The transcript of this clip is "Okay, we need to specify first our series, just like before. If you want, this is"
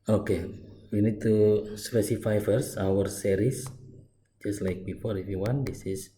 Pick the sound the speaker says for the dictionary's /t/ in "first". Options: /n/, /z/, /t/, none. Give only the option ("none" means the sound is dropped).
none